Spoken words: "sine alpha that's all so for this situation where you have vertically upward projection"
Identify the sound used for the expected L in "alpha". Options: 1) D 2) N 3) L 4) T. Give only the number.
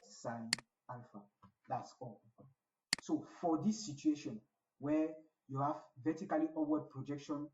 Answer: 2